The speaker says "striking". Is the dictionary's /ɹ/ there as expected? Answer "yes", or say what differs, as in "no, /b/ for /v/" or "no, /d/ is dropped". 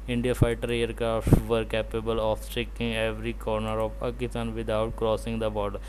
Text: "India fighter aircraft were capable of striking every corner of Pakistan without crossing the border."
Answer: no, /ɹ/ is dropped